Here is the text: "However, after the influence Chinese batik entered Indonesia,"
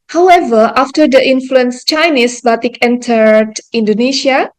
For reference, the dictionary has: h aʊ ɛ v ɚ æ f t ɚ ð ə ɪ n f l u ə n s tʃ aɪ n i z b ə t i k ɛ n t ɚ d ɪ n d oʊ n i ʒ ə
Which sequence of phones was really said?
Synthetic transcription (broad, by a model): h aʊ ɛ v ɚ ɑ f t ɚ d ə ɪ n f l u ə n s tʃ aɪ n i s b ə t i k ɛ n t ɚ d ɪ n d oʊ n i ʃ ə